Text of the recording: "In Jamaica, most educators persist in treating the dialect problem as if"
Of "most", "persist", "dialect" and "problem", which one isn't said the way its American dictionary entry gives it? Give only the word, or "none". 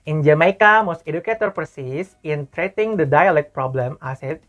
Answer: persist